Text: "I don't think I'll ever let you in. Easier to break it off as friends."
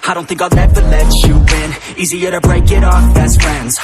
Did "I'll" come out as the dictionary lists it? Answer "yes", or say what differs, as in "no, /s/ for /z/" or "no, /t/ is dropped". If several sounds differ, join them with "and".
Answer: no, /n/ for /l/